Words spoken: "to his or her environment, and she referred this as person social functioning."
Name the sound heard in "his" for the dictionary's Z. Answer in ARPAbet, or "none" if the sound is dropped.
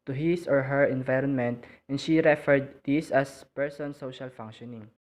S